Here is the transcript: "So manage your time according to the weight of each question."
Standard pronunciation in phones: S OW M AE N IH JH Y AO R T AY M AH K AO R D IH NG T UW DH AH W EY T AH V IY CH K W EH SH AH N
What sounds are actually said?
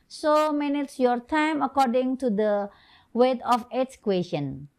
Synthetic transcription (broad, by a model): S OW M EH N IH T Y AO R T AY M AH K AO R D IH NG T UW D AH W EY T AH F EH S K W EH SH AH N